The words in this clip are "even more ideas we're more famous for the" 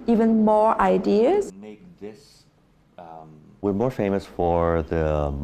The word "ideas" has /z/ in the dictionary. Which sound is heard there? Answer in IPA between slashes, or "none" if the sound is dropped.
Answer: /s/